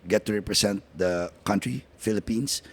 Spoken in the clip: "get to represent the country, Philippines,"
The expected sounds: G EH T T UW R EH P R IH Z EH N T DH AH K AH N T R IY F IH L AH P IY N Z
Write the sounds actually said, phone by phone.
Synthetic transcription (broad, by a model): G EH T T UW R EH P R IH S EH N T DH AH K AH N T R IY F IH L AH P IY N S